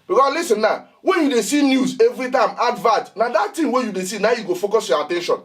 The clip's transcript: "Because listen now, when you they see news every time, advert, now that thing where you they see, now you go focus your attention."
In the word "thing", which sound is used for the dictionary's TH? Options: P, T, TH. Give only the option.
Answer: T